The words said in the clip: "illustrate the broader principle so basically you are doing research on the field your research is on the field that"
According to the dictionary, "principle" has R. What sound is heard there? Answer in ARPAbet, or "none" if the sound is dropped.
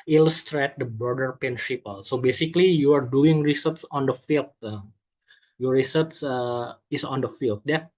none